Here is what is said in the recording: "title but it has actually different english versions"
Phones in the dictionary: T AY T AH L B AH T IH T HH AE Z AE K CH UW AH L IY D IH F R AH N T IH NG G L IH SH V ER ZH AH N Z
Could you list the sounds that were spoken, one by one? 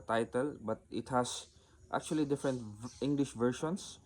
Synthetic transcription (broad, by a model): T AY T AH L B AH T IH T HH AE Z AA K CH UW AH L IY D IH F R AH N T IH NG G L IH SH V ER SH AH N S